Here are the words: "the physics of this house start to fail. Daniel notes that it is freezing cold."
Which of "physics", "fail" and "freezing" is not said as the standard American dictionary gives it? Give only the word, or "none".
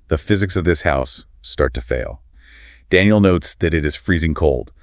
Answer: none